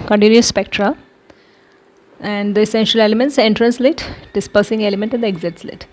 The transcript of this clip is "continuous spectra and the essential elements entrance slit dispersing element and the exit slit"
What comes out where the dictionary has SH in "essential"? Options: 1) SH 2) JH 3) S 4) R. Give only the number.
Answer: 1